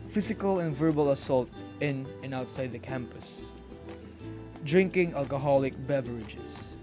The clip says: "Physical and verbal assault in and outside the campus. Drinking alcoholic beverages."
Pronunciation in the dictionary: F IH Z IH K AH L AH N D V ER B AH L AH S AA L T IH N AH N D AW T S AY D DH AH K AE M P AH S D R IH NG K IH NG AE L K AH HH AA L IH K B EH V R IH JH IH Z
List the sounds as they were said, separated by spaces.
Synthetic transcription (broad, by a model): F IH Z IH K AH L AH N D V ER B AH L AH S AA L T IH N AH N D AW T S AY D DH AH K AE M P AH S D R IH NG K IH NG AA L K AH HH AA L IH K B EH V R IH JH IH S